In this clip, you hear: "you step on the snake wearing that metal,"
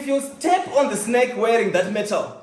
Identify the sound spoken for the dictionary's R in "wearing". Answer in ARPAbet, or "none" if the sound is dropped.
R